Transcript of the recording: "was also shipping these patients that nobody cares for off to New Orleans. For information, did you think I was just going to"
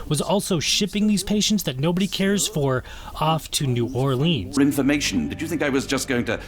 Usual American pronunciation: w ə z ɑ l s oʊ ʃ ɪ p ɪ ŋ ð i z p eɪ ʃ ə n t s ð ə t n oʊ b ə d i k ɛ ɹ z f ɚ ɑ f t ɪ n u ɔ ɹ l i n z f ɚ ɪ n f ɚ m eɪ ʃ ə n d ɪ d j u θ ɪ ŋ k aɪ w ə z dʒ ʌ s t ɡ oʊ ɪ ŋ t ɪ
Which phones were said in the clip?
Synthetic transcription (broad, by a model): w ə z ɑ l s oʊ ʃ ɪ p ɪ ŋ ð i z p eɪ ʃ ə n t s ð ə t n oʊ b ə d i k ɛ ɹ z f ɚ ɑ f t ɪ n u ɔ ɹ l i n z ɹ ɪ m f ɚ m eɪ ʃ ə n d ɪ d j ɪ θ ɪ ŋ k aɪ w ə z dʒ ʌ s ɡ oʊ ɪ ŋ t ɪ